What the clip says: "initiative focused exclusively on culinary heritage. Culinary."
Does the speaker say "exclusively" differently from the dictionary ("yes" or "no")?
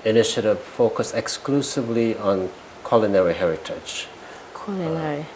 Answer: no